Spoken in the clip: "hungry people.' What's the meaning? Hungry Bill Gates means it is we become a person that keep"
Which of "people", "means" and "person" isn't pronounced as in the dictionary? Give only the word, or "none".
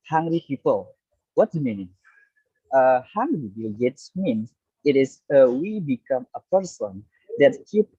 means